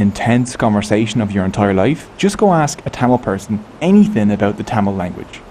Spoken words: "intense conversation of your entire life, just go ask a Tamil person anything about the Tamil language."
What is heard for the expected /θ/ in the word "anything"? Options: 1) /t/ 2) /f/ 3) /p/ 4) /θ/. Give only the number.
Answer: 4